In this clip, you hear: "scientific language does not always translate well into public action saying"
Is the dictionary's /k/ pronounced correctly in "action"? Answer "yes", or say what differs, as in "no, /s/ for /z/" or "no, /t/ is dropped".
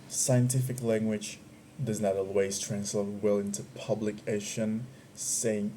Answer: no, /k/ is dropped